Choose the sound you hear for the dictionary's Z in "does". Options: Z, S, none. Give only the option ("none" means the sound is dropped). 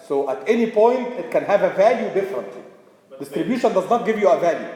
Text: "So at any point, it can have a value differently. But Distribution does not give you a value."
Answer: Z